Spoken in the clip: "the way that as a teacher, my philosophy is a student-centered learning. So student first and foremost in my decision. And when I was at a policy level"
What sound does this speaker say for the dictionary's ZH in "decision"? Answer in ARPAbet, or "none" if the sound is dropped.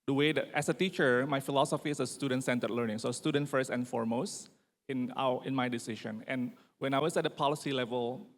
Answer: SH